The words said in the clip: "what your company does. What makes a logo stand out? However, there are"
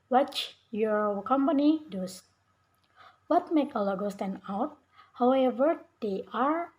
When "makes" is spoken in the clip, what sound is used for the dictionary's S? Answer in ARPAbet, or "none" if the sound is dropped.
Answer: none